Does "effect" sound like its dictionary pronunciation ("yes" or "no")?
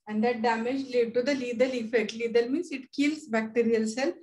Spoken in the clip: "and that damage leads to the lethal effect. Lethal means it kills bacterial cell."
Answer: yes